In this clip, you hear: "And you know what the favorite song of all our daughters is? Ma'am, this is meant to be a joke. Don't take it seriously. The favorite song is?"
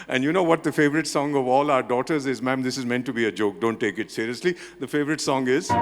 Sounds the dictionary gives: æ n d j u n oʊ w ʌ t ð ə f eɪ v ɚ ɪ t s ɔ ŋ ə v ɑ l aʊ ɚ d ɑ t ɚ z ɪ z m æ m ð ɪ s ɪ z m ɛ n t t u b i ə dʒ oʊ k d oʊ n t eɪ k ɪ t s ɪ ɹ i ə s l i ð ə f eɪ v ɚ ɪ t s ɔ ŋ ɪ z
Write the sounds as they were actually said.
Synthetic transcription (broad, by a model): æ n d j u n oʊ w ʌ t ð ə f eɪ v ɚ ɪ t s ɔ ŋ ə v ɑ l aʊ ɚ d ɑ t ɚ z ɪ z m æ m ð ɪ s ɪ z m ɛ n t t u b i ə dʒ oʊ k d oʊ n t eɪ k ɪ t s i ɹ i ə s l i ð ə f eɪ v ɚ ɪ t s ɔ ŋ ɪ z